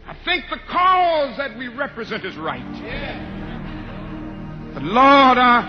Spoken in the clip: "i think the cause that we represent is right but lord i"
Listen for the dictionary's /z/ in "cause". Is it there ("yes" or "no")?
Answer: yes